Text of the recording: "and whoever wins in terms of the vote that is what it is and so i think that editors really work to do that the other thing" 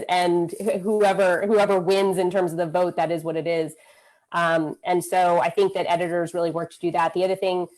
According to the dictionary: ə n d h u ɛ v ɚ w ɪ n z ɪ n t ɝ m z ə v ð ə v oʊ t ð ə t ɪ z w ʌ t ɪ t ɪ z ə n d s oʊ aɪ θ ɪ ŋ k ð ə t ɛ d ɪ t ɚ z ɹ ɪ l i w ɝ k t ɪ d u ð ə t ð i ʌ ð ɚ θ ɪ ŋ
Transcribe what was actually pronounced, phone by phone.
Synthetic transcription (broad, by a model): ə n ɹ h u ɛ v ɚ w ɪ n z ɪ n t ɝ m z ə v ð ə v oʊ t ð ə t ɪ z w ʌ t ɪ t ɪ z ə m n s oʊ aɪ θ ɪ ŋ k ð ə t ɛ d ɪ t ɚ z ɹ ɪ l i w ɝ k t ɪ d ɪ ð ə t ð i ʌ ð ɚ θ ɪ ŋ